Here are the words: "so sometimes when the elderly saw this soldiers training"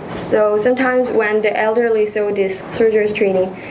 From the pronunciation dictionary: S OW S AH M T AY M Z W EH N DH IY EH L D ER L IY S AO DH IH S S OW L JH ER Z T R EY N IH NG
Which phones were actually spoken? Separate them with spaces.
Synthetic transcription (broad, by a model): S OW S AH M T AY M Z W EH N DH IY EH L D ER L IY S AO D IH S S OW JH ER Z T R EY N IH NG